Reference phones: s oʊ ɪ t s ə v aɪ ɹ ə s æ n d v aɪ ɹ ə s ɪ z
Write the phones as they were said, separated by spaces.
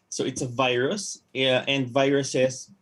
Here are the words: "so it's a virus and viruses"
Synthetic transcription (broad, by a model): s oʊ ɪ t s ə v aɪ ɹ ə s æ n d v aɪ ɹ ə s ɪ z